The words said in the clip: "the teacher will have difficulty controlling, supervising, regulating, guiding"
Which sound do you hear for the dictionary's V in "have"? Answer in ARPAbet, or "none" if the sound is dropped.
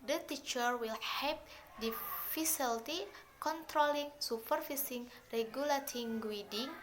P